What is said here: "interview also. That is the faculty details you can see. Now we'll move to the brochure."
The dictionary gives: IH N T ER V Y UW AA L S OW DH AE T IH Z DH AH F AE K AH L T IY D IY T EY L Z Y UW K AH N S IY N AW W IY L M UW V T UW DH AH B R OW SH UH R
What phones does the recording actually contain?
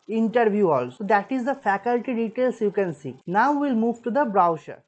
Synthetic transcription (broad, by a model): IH N T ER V Y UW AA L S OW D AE T IH Z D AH F AE K AH L T IY D IY T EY L S Y UW K AH N S IY N AW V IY L M UW V T UW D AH B R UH SH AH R